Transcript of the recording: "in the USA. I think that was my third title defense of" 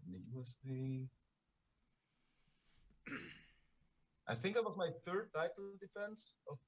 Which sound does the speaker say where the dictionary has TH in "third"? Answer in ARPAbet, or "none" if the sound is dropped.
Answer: TH